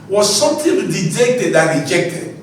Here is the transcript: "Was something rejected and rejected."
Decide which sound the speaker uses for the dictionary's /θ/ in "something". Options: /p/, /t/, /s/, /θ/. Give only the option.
/t/